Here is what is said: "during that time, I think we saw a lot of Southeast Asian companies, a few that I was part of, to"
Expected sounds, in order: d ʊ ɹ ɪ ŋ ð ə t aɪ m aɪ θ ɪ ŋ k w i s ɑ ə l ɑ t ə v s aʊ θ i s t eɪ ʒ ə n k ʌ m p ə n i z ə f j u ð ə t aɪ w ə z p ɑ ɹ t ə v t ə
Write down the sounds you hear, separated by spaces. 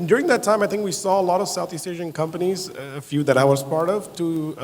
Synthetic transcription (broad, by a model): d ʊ ɹ ɪ ŋ ð ə t aɪ m aɪ θ ɪ ŋ k w i s ɑ ə l ɑ t ə v s aʊ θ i s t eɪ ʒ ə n k ʌ m p ə n i z ə f j u ð ə t aɪ w ə z p ɑ ɹ t ə v t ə